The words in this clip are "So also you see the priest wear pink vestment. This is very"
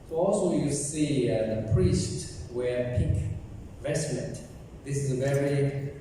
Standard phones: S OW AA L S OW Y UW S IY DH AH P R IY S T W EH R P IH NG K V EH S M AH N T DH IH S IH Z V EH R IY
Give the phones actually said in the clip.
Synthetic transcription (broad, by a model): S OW AA L S OW Y UW S IY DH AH P R IY S T W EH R P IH K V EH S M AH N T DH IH S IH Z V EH R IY